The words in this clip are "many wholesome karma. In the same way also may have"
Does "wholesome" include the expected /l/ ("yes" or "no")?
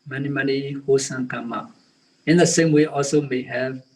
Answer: no